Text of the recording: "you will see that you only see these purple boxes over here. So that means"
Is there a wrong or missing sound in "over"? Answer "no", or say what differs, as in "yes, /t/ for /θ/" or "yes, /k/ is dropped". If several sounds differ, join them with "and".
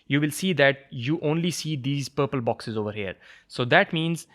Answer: no